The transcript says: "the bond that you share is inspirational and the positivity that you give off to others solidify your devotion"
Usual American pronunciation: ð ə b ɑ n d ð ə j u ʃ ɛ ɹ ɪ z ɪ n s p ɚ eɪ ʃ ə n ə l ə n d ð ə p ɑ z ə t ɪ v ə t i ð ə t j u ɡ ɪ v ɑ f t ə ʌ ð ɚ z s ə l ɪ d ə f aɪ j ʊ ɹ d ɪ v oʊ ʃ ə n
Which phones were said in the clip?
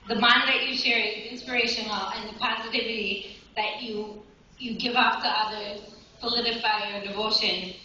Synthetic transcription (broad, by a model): ð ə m ɑ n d ð ə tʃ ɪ ʃ ɛ ɹ ɪ z ɪ n s p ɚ eɪ ʃ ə n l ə n ð ə p ɑ z ə t ɪ v ə t i ð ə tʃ j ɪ ɡ ɪ v ɑ f t ə ʌ ð ɚ z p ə l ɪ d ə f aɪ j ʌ ɹ d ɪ v oʊ ʃ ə n